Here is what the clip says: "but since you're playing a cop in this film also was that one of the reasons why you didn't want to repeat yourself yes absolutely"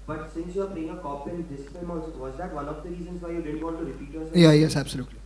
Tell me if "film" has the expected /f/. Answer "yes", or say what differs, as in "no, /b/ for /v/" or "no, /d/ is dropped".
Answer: no, /p/ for /f/